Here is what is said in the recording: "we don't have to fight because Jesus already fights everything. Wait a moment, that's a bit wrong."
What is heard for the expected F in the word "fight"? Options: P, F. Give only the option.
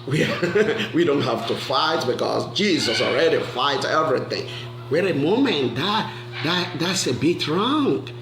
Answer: F